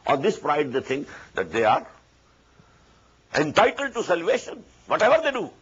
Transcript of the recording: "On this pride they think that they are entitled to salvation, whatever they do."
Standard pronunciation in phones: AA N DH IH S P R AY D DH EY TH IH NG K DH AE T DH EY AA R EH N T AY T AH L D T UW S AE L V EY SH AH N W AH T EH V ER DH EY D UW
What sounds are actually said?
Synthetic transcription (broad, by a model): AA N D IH S P R AY D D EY T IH NG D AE T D EY AA R EH N T AY T AH L D T UW S AE L V EY SH AH N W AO T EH V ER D EY D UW